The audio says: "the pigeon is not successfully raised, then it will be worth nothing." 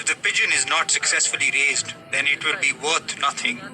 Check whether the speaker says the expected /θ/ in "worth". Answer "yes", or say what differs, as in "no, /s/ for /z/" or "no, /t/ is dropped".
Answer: no, /t/ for /θ/